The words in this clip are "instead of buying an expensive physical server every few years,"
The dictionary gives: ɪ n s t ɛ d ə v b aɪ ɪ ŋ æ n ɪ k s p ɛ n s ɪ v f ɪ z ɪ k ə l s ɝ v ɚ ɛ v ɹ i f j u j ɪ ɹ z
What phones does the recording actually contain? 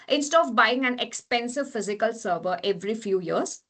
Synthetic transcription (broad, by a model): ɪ n s t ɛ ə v b aɪ ɪ ŋ æ n ɪ k s p ɛ n s ɪ v f ɪ z ɪ k ə l s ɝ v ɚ ɛ v ɹ i f j u j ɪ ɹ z